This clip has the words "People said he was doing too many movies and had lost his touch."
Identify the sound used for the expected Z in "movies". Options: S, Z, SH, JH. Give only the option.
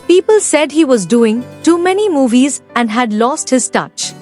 Z